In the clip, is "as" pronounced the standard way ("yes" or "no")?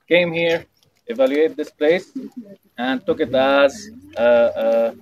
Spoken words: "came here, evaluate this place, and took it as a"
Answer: yes